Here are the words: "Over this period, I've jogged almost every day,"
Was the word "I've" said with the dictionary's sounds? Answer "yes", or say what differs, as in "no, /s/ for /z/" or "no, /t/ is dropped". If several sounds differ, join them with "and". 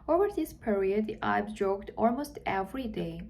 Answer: no, /b/ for /v/